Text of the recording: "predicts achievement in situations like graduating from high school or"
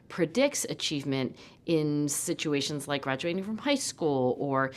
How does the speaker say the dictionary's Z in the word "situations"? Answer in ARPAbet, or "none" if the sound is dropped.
Z